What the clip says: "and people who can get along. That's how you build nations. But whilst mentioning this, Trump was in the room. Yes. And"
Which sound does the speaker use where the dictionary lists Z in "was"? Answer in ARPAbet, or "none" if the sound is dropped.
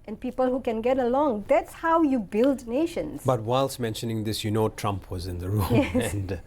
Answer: Z